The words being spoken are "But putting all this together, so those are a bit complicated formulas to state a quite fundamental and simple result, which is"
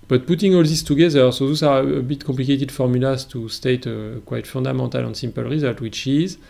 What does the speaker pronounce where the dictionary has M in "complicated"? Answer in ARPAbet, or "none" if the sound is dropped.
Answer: none